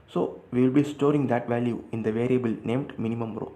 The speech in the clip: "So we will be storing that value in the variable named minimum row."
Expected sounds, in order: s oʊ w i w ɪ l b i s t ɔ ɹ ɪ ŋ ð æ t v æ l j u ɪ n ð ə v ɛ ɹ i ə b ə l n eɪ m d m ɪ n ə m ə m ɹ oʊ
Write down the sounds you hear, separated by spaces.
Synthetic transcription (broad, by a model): s oʊ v i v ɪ l b i s t ɔ ɹ ɪ ŋ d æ t v æ l j u ɪ n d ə v ɛ ɹ i ə b ə l n eɪ m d m ɪ n ə m ə m ɹ oʊ